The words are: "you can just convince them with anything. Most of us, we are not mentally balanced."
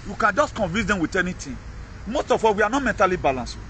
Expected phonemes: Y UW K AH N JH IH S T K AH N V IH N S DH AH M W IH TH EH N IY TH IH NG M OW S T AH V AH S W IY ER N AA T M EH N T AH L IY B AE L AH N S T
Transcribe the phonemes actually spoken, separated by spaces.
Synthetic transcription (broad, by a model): Y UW K AH N JH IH S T K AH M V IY S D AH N W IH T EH N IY T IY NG M OW S T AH F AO W IY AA N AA M EH N T AH L IY B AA L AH N S